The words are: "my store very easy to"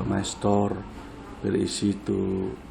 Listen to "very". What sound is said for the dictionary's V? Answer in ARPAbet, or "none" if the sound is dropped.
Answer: B